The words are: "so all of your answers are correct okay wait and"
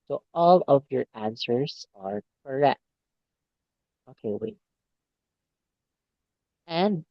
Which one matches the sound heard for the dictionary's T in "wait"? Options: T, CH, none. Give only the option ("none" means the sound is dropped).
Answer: none